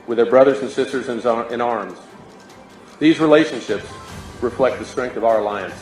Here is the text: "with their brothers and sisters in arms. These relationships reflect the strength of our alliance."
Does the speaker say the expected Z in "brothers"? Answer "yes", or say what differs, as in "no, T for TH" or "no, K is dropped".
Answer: yes